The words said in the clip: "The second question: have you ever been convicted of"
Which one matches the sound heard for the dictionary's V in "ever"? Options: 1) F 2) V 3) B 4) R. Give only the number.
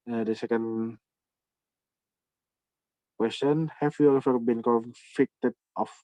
1